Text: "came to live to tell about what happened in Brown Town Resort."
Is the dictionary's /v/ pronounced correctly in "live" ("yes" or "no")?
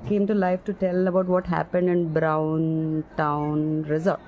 no